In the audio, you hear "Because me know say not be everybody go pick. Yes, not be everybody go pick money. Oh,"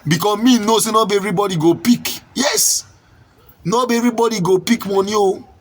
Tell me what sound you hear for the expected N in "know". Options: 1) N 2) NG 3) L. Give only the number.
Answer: 1